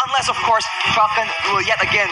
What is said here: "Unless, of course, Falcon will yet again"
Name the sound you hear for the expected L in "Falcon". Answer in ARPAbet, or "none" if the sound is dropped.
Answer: none